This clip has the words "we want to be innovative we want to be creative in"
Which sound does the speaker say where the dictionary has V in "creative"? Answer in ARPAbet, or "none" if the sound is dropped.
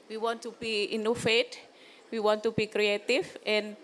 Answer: F